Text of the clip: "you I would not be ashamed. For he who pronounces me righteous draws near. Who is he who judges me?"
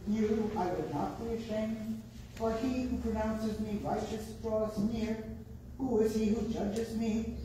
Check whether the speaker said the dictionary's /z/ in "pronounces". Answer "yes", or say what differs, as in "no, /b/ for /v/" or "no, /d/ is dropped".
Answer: yes